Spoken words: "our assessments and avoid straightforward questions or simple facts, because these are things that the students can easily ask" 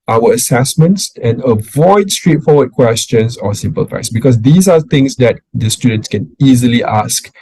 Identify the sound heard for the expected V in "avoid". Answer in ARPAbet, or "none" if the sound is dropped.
V